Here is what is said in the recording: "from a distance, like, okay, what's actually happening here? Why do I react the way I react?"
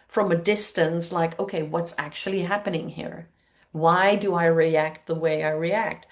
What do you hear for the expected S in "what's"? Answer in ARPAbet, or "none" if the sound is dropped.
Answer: S